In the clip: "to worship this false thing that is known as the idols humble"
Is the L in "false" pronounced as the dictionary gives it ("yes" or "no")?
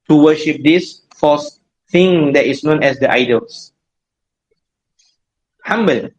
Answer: no